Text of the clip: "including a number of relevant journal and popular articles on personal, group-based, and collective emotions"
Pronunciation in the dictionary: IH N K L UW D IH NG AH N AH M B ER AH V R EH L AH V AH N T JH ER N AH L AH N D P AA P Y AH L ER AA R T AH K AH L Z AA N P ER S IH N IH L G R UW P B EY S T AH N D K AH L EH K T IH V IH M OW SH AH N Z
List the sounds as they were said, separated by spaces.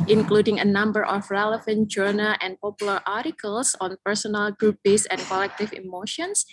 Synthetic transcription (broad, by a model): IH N K L UW D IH NG AH N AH M B ER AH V R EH L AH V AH N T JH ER N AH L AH N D P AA P Y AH L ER AA R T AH K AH L S AA N P ER S IH N IH L G R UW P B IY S AH N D K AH L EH K T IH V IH M OW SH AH N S